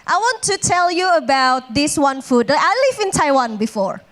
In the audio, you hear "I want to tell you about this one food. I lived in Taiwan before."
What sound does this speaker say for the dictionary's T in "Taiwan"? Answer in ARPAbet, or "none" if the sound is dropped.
T